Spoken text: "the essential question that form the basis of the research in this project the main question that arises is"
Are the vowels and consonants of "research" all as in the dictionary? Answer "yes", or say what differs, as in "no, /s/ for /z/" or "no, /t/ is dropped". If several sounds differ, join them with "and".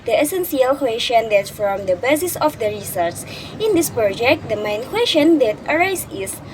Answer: no, /s/ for /tʃ/